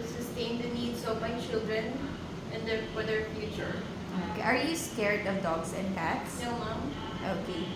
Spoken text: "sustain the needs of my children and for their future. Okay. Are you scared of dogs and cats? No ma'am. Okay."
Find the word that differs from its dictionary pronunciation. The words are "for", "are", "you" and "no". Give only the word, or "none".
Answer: no